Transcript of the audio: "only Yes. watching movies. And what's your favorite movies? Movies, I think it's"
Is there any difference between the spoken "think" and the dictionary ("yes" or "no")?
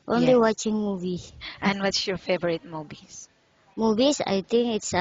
yes